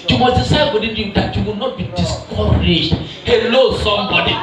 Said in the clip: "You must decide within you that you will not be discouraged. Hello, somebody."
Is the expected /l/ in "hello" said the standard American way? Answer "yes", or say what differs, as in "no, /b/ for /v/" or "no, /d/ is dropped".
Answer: yes